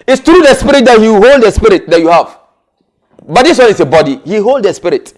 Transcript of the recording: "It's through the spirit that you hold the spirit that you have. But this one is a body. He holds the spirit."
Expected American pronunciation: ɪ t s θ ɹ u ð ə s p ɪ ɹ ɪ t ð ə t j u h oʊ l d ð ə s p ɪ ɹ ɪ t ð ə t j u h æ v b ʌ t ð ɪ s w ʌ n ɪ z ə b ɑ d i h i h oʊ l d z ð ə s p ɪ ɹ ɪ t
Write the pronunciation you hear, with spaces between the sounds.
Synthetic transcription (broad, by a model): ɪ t s t ɹ u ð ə s p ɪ ɹ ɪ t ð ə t j u h oʊ l d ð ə s p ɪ ɹ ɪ t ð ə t j u h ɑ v b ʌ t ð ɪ s w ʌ n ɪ s ə b ɑ d i h i h oʊ l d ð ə s p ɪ ɹ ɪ t